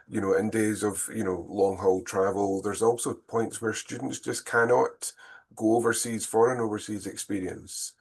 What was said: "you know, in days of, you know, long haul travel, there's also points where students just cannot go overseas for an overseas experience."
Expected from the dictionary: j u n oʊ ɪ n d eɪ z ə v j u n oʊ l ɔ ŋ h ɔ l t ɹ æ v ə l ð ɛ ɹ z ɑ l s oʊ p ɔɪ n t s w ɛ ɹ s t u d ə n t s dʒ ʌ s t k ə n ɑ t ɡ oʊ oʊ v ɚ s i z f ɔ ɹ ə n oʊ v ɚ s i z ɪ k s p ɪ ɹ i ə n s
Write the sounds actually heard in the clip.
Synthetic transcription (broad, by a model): j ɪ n oʊ ɪ n d eɪ z ə v j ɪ n oʊ l ɔ ŋ h ɔ l t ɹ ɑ v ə l ð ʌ ɹ z ɑ l s oʊ p ɔɪ n t s w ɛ ɹ s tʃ u d n t s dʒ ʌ s k ə n ɑ t ɡ oʊ oʊ v ɚ s i z f ɔ ɹ ə n oʊ v ɚ s i z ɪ k s p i ɹ i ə n s